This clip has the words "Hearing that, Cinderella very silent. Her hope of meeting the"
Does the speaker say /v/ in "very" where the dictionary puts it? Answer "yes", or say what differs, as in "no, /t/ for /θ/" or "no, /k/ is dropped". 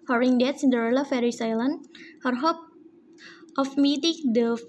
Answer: no, /f/ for /v/